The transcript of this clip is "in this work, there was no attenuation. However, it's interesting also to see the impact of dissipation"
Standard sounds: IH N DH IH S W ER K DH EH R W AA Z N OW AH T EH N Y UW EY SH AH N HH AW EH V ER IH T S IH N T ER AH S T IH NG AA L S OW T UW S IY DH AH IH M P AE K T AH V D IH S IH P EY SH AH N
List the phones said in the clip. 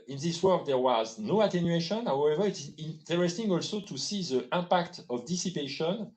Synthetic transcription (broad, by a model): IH N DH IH S W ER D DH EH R W AA Z N OW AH T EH N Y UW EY SH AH N HH AW EH V ER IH T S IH N T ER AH S T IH NG AA L S OW T UW S IY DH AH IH P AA K T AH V D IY S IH P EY SH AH N